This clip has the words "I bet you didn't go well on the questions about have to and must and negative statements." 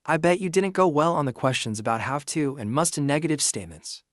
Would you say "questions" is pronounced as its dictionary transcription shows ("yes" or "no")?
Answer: yes